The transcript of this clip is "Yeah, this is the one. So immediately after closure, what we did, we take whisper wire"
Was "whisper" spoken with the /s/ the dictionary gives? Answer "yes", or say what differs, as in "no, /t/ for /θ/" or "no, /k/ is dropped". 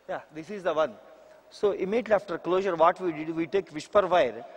no, /ʃ/ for /s/